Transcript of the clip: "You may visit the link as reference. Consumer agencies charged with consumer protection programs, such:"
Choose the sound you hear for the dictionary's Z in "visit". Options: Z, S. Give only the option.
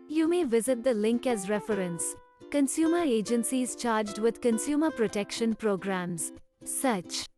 Z